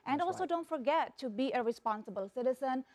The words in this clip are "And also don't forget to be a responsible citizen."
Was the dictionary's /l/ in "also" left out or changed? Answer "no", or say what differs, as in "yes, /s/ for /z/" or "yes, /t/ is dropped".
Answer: no